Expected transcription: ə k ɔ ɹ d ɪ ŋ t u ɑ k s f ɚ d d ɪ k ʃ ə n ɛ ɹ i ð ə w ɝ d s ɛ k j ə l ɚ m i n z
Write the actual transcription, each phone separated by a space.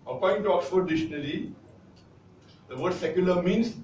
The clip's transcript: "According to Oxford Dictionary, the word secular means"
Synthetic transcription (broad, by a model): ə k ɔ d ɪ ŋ t u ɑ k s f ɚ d d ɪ ʃ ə n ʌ l i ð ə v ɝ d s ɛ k j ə l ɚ m i n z